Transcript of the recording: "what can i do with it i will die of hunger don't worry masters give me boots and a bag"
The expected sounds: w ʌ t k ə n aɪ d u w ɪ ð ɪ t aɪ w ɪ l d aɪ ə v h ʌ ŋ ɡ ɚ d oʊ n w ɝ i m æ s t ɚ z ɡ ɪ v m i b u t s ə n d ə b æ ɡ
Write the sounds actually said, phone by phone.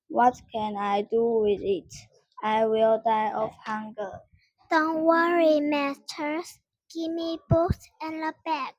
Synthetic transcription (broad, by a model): w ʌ t k ə n aɪ d u w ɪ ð ɪ t aɪ w ɪ l d aɪ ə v h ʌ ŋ ɡ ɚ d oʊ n w ɝ i m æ t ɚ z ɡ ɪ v m i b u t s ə n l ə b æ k